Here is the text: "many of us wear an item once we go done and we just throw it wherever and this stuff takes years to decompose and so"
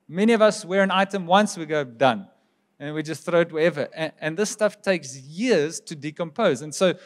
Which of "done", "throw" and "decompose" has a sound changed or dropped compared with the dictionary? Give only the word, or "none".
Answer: none